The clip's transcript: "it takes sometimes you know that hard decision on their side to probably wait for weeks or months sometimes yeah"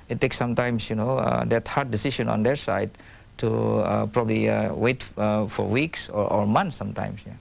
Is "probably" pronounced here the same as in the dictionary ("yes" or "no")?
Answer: yes